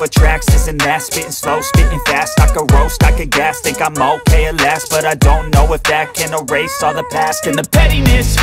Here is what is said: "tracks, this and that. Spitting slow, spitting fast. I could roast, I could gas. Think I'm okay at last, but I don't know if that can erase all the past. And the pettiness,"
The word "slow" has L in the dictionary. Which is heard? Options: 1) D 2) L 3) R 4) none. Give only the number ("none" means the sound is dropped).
2